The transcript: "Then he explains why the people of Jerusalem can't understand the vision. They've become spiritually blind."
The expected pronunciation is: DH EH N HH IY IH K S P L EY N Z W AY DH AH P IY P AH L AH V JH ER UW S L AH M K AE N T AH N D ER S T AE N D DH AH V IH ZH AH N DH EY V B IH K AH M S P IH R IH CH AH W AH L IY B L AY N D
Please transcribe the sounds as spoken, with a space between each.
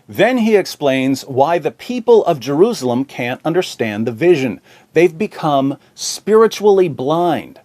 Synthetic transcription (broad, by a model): DH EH N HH IY IH K S P L EY N Z W AY DH AH P IY P AH L AH V JH ER UW S L AH M K AE N T AH N D ER S T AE N DH AH V IH ZH AH N DH EY V B IH K AH M S P IH R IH CH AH L IY B L AY N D